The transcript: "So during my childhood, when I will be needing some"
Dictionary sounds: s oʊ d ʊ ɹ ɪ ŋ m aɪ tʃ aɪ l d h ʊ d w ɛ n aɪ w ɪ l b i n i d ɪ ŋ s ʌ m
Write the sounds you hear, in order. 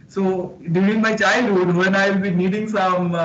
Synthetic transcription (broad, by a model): s oʊ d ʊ ɪ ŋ m aɪ tʃ aɪ l d h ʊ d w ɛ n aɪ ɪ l b i n i d ɪ ŋ s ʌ m